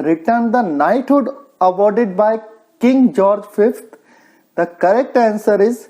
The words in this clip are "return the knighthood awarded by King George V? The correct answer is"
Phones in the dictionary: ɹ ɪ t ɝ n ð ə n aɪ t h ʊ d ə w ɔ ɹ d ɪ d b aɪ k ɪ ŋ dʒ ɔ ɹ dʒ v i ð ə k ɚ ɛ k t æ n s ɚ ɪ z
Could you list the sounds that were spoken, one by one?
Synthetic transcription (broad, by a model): ɹ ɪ t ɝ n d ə n aɪ t h ʊ d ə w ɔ ɹ d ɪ d b aɪ k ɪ ŋ dʒ ɔ ɹ dʒ f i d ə k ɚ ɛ k t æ n s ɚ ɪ z